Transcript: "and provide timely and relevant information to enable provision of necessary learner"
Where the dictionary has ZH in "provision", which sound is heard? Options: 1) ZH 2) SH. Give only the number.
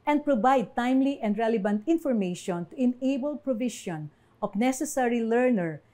2